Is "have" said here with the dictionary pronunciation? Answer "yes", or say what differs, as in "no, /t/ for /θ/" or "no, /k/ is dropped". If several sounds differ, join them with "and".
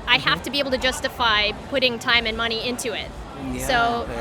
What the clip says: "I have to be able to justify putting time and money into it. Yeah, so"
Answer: no, /f/ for /v/